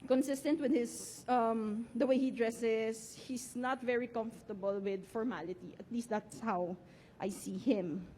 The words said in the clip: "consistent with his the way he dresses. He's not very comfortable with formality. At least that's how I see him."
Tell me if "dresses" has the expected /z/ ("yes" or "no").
no